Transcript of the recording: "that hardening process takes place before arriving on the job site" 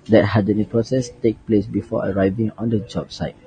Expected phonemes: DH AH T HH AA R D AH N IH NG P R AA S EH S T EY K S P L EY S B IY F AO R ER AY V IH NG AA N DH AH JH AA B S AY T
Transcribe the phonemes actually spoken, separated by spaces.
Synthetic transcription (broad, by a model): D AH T HH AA D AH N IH P R AA S EH S T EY K P L EY S B IY F AO ER AY V IH NG AA N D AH JH AA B S AY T